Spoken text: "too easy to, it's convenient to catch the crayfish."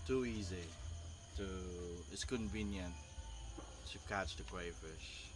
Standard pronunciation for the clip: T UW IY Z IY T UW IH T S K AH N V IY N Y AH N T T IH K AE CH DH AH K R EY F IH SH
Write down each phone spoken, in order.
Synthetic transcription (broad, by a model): T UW IY Z IY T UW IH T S K AH N V IY N Y AH N T T IH K AE CH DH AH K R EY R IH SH